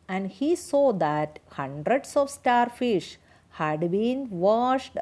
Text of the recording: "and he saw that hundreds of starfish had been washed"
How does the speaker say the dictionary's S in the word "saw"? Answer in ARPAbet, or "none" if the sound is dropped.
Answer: S